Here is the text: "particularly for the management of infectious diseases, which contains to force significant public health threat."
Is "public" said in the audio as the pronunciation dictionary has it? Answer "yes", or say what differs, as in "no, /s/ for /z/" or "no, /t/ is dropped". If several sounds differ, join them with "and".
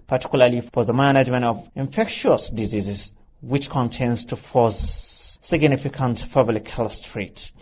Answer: no, /f/ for /p/